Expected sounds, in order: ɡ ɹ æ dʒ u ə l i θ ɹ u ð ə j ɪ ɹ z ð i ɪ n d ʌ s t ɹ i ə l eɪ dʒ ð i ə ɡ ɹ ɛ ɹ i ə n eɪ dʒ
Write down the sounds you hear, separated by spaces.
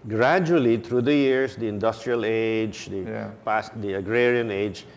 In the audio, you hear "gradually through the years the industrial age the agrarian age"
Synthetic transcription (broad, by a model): ɡ ɹ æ dʒ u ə l i t ɹ u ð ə j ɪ ɹ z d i ɪ n d ʌ s t ɹ i ə l eɪ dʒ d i ə ɡ ɹ ɛ ɹ i ə n eɪ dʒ